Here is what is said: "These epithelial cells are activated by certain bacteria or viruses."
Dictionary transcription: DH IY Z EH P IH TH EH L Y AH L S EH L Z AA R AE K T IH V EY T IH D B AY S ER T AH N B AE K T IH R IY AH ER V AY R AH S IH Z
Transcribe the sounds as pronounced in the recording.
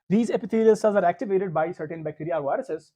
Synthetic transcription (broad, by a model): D IY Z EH P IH T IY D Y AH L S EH Z AA R AE K T IH V EY T IH D B AY S ER T AH N B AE K T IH R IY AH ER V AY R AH S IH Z